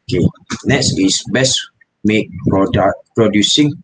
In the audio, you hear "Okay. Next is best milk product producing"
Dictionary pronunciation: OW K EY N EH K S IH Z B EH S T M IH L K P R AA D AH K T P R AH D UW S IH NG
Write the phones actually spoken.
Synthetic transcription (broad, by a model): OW K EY N EH K S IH S B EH S M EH K P R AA D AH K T P R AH D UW S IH NG